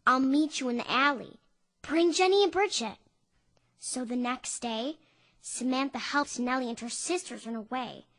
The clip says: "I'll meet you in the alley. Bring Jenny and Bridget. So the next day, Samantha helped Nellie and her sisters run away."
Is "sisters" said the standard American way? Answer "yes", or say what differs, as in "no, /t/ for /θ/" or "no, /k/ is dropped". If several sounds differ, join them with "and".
yes